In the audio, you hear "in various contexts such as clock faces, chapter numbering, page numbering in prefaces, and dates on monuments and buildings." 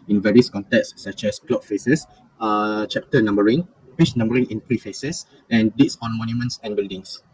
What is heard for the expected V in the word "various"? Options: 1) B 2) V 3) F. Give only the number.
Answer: 2